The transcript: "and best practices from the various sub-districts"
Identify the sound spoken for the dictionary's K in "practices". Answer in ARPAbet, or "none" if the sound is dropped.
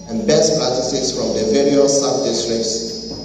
none